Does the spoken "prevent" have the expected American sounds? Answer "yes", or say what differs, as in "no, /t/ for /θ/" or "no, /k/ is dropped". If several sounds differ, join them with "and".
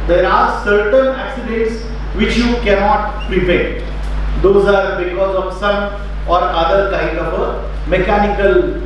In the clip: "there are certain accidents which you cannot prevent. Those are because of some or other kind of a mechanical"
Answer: no, /n/ is dropped